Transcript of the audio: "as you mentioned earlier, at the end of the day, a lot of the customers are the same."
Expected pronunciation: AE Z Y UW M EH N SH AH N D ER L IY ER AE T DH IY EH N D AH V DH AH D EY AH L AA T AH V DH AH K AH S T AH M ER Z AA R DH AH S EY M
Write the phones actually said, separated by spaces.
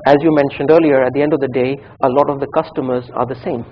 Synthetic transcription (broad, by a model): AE Z Y UW M EH N SH AH N D ER L IY ER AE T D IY EH N D AH V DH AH D EY AH L AA T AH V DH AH K AH S T AH M ER Z AA R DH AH S EY M